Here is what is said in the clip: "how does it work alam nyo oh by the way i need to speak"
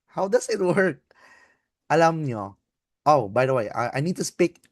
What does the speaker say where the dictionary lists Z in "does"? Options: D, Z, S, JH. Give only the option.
S